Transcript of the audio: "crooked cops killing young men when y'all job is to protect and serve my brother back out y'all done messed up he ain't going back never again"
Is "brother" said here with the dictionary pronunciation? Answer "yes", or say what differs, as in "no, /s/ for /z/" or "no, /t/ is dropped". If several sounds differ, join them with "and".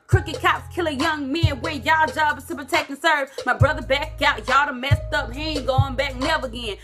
yes